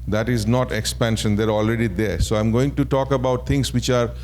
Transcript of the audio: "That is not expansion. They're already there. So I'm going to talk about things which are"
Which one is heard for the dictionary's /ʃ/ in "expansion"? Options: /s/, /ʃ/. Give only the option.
/ʃ/